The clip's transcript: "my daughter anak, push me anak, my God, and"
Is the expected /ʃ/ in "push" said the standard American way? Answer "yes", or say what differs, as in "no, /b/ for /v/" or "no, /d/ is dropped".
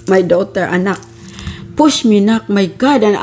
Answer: no, /s/ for /ʃ/